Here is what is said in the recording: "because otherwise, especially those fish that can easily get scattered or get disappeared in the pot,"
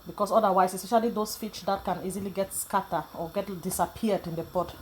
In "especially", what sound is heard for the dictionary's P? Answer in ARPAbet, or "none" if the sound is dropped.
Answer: none